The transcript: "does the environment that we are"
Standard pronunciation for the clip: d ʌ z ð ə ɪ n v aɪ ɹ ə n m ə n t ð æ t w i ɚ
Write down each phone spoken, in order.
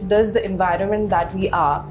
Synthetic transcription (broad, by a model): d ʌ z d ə ɪ n v aɪ ɹ ə n m ə n t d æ t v i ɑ